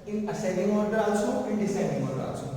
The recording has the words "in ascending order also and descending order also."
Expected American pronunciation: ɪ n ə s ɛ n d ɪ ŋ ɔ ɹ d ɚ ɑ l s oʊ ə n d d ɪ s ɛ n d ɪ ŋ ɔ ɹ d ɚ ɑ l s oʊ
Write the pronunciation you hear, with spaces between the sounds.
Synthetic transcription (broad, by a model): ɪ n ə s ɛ d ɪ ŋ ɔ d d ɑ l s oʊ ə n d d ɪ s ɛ d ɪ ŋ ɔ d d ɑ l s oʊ